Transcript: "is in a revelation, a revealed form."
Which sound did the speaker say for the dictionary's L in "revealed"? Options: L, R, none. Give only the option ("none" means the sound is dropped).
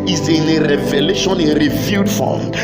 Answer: none